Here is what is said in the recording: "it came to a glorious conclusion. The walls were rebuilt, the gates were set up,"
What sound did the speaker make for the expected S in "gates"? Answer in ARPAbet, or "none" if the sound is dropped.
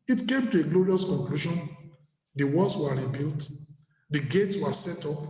S